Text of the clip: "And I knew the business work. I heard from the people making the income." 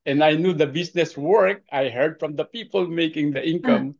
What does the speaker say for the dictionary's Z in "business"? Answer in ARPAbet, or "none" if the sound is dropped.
S